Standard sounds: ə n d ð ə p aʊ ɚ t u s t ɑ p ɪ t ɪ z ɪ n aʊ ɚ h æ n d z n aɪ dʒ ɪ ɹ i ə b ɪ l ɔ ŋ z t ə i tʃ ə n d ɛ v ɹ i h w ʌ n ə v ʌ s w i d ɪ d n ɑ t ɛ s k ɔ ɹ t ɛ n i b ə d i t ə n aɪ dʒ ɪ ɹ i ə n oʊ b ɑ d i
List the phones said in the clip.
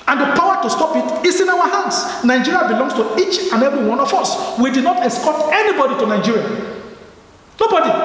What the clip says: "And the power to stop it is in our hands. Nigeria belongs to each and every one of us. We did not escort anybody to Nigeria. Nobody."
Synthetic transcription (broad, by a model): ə n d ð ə p aʊ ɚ t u s t ɑ p ɪ t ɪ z ɪ n aʊ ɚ h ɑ n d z n aɪ dʒ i ɹ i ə b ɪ l ɔ ŋ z t ə i tʃ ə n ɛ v i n w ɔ n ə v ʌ s w i d ɪ d n ɑ t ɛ s k ɔ t ɛ n i b ə d i t ə n aɪ dʒ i ɹ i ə n oʊ b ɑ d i